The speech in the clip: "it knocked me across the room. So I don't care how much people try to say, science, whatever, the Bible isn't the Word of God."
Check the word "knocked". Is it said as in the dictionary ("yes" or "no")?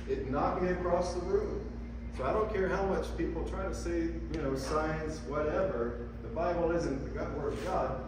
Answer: no